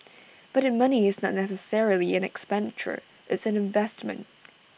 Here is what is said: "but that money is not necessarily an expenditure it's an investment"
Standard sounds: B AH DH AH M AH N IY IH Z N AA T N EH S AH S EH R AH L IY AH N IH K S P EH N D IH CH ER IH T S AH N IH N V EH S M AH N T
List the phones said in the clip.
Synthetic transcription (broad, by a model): B AH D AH M AH N IY IH Z N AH T N EH S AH S EH R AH L IY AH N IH K S P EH N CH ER IH T S AH N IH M V EH S M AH N T